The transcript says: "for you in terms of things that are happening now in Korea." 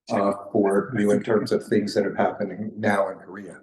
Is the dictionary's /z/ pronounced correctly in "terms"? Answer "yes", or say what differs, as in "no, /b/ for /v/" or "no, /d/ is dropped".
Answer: yes